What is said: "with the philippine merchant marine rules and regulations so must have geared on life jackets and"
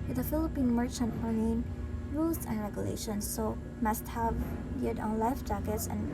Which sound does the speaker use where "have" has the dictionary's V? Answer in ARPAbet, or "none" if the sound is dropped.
V